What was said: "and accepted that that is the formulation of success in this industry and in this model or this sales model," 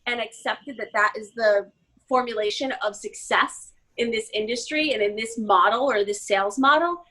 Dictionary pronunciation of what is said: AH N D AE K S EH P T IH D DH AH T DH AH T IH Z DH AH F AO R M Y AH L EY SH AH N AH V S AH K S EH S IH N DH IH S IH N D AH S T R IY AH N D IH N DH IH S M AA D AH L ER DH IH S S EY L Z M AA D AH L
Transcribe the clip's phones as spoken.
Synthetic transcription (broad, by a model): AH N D AE K S EH P T IH D DH AH T DH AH T IH Z DH AH F AO R M Y AH L EY SH AH N AH V S AH K S EH S IH N DH IH S IH N D AH S T R IY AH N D IH N DH IH S M AA D L ER DH IH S S EY L Z M AA D L